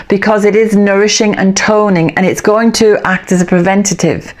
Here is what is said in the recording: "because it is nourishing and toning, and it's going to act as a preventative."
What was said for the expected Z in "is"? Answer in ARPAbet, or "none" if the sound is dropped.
Z